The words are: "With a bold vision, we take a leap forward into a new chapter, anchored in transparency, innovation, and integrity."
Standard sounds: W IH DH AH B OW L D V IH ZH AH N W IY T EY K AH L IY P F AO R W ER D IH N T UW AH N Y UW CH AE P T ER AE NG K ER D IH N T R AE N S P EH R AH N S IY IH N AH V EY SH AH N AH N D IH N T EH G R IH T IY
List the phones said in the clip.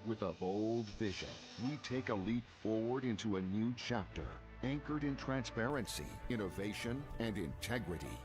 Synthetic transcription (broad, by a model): W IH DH AH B OW L D V IH ZH AH N W IY T EY K AH L IY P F AO R W ER D IH N T UW AH N Y UW CH AE P T ER AE NG K ER D IH N T R AE N S P EH R AH N S IY IH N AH V EY SH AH N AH N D IH N T EH G R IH T IY